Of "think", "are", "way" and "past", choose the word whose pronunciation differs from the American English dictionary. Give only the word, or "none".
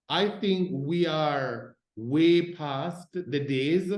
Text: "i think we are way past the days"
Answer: none